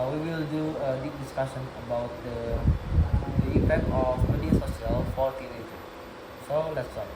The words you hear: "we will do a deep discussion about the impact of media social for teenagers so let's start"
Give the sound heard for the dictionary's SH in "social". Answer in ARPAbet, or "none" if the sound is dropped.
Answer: S